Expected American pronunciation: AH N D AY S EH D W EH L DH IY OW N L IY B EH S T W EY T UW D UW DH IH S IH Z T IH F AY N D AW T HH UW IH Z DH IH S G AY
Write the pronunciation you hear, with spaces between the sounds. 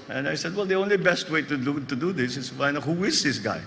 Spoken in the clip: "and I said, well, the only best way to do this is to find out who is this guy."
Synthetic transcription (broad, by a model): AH N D AY S EH D W EH L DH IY OW N L IY B EH S T W EY T UW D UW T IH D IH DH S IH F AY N AW HH UW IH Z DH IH S G AY